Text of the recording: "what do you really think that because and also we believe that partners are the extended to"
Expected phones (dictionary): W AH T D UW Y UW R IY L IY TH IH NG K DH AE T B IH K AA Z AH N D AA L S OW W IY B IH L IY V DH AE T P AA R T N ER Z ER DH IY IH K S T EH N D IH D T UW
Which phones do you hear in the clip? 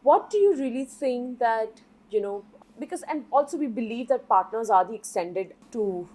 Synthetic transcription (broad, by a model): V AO T D UW Y UW R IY L IY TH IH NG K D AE T B IH K AA Z AH N D AA L S OW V IY B IH L IY V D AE T P AA R T N ER Z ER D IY IH K S T EH N D IH D T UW